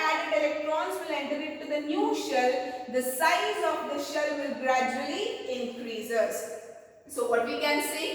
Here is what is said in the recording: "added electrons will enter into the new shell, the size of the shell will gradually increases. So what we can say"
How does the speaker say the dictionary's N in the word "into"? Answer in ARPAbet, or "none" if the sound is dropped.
none